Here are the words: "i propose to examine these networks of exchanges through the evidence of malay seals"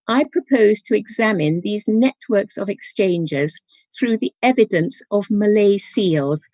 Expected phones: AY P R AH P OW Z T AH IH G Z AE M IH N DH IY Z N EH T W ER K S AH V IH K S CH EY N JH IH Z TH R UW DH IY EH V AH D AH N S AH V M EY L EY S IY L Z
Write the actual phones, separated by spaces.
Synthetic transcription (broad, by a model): AY P R AH P OW Z T AH IH G Z AE M IH N DH IY Z N EH T W ER K S AH V IH K S CH EY N JH IH Z TH R UW DH IY EH V AH D AH N S AH V M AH L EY S IY L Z